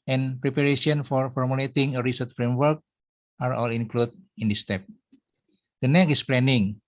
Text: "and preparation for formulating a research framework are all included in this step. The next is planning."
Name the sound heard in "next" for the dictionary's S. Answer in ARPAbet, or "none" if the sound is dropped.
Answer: none